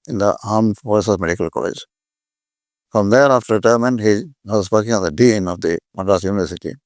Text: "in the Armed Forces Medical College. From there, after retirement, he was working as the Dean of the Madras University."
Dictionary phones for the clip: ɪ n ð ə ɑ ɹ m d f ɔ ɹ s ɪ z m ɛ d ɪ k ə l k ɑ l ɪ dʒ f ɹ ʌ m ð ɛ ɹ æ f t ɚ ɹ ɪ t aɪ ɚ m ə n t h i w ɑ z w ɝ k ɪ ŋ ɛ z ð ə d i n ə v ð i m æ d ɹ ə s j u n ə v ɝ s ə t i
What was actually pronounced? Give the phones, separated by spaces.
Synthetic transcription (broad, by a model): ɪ n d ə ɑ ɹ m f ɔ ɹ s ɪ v m ɛ d ɪ k ə l k ɑ l ɪ dʒ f ɹ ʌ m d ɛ ɹ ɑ f t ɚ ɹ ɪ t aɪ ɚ m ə n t h i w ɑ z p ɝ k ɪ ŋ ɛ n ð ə d i n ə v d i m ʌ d ə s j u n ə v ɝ s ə t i